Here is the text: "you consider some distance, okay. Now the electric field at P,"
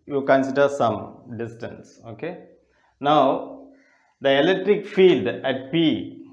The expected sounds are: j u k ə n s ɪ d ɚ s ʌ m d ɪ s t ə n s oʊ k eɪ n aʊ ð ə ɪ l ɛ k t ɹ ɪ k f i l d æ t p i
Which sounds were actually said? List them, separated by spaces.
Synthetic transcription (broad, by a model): j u k ə n s ɪ d ɚ s ʌ m d ɪ s t ə n s oʊ k eɪ n aʊ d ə ɪ l ɛ k t ɹ ɪ k f i l d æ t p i